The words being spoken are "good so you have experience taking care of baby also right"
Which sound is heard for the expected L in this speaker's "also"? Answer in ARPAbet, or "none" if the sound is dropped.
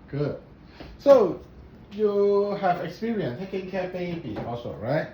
none